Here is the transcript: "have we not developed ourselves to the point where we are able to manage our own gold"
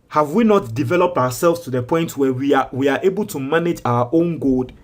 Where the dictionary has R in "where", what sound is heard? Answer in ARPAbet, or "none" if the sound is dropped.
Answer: W